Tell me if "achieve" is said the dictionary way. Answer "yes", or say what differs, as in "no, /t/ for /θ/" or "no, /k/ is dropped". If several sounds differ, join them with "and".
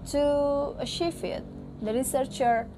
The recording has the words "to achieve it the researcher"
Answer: no, /ʃ/ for /tʃ/ and /f/ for /v/